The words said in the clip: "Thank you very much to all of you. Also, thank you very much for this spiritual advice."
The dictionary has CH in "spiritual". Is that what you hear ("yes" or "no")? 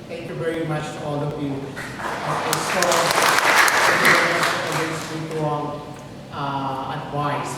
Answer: no